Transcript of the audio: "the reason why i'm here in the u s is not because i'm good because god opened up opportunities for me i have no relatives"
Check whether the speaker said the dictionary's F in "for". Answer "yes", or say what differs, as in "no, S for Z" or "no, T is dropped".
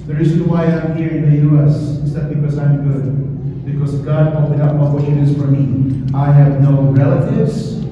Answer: yes